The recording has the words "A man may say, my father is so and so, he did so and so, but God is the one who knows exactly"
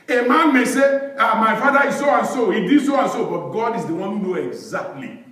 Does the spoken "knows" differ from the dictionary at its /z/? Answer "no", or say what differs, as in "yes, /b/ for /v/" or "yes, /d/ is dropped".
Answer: yes, /z/ is dropped